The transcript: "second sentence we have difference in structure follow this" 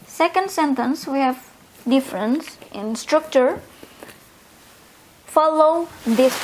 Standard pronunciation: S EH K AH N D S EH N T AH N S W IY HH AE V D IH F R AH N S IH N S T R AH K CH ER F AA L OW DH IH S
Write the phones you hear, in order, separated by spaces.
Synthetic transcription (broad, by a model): S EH K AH N D S EH N T AH N S W IY HH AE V D IH F R AH N S IH N S T R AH K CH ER F AA L OW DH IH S